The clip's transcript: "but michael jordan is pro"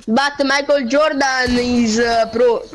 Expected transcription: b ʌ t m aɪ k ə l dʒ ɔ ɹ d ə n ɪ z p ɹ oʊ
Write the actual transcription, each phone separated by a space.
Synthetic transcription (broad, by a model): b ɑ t m aɪ k ə l dʒ ɔ ɹ d ə n ɪ z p ɹ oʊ